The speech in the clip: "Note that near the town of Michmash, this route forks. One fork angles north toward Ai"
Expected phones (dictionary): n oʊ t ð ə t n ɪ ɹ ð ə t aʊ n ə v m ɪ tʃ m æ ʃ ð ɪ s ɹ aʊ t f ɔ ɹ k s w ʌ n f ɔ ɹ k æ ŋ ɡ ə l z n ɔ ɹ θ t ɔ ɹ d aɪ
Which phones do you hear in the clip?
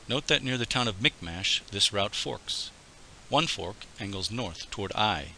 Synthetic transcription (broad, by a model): n oʊ t ð ə t n ɪ ɹ ð ə t aʊ n ə v m ɪ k m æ ʃ ð ɪ s ɹ aʊ t f ɔ ɹ k s w ʌ n f ɔ ɹ k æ ŋ ɡ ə l z n ɔ ɹ θ t ɔ ɹ d aɪ